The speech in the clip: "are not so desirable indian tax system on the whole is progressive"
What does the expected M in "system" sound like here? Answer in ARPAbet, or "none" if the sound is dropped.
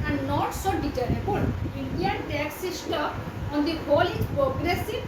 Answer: none